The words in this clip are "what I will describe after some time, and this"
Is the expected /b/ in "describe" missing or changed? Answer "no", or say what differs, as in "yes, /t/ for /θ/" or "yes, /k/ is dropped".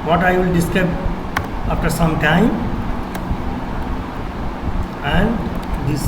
yes, /b/ is dropped